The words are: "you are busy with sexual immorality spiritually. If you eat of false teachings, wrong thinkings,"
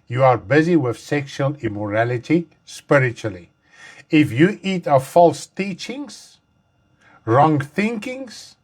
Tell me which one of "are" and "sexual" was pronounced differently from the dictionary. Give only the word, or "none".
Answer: none